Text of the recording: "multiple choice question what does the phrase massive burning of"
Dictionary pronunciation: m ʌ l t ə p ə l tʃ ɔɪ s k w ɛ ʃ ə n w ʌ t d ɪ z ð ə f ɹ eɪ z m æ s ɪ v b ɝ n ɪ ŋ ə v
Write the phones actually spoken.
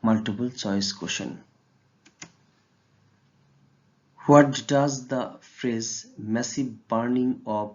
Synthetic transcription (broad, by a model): m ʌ l t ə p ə l tʃ ɔɪ s k w ɛ ʃ ə n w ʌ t d ɪ z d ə f ɹ eɪ z m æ s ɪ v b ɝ n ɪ ŋ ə